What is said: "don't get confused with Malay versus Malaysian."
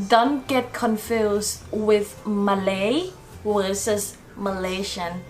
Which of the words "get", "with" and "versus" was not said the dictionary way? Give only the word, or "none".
versus